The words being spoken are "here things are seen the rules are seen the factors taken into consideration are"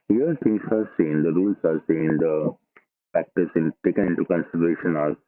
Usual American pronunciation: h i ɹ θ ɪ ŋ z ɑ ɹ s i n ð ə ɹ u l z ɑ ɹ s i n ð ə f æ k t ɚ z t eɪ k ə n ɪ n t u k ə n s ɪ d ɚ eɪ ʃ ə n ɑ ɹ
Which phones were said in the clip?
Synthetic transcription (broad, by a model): h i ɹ t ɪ ŋ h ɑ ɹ s i n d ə ɹ u l s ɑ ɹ s i n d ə p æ k t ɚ s t eɪ k ə n ɪ n t u k ə n s ɪ d ɚ eɪ ʃ ə n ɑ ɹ